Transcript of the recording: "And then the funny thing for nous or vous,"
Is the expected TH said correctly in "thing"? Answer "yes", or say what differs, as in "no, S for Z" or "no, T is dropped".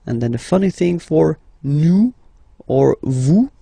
yes